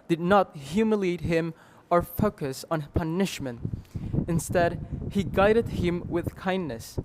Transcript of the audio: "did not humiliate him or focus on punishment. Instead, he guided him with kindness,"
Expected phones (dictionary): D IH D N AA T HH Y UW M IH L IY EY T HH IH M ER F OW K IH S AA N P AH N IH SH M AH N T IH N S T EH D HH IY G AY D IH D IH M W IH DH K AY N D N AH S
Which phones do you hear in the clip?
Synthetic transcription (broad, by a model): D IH D N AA T HH Y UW M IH L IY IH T HH IH M ER F OW K IH S N P AH N IH SH M AH N T IH N S T EH D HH IY G AY D IH D IH M W IH DH K AY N N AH S